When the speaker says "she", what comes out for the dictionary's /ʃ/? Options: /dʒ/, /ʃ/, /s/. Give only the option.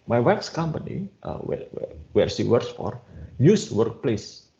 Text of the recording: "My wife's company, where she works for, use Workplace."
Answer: /s/